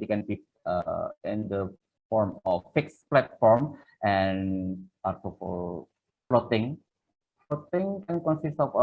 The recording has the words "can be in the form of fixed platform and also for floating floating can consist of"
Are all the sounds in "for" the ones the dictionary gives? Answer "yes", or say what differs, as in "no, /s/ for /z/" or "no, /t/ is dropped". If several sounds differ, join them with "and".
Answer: no, /l/ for /ɹ/